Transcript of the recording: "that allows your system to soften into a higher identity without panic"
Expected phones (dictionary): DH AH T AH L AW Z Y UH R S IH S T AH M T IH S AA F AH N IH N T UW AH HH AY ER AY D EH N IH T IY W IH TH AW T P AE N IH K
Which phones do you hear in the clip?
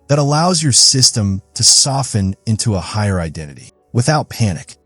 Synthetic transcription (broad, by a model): DH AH T AH L AW Z Y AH R S IH S T AH M T IH S AA F AH N IH N T UW AH HH AY ER AY D EH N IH T IY W IH TH AW T P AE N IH K